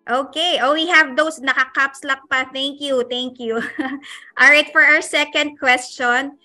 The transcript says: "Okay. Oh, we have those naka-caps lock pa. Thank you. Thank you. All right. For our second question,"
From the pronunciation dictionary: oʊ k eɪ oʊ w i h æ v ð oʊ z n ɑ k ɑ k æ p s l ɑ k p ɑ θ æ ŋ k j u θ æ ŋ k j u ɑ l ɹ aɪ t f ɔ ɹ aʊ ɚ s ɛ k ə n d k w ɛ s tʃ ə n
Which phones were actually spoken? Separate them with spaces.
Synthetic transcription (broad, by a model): oʊ k eɪ oʊ w i h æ v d oʊ s n ɑ k ɑ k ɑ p s l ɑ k p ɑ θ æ ŋ k j u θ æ ŋ k j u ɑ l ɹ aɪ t f ɔ ɹ aʊ ɚ s ɛ k ə n d k w ɛ s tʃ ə n